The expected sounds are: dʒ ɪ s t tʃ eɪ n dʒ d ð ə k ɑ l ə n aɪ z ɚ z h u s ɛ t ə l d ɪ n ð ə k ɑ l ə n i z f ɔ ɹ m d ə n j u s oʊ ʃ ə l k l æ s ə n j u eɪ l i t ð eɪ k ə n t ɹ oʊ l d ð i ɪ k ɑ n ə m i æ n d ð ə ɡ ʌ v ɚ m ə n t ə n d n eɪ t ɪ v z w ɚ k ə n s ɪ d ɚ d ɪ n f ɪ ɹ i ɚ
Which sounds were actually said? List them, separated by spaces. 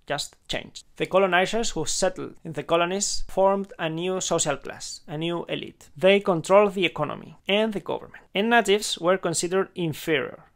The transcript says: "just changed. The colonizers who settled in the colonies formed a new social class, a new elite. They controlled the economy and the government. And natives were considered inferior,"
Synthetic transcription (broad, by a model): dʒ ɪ s t tʃ eɪ n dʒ ð ə k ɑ l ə n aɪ s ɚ s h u s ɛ t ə l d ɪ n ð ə k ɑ l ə n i s f ɔ ɹ m d ə n j u s oʊ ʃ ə l k l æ s ə n j u eɪ l i t ð eɪ k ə n t ɹ oʊ l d ð i ɪ k ɑ n ə m i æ n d ð ə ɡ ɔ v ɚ m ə n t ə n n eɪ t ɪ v s w ɚ k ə n s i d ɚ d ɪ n f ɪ ɹ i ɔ